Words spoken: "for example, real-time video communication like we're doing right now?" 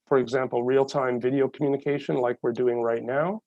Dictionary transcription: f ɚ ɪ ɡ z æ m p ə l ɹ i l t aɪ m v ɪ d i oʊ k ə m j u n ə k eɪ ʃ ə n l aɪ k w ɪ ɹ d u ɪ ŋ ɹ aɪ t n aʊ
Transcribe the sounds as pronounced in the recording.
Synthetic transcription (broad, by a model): f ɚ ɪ ɡ z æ m p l ɹ i l t aɪ m v ɪ d i oʊ k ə m j u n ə k eɪ ʃ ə n l aɪ k w ɪ ɹ d u ɪ ŋ ɹ aɪ t n aʊ